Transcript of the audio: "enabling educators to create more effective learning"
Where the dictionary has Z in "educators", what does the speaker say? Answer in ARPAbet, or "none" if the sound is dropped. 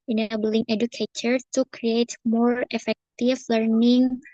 none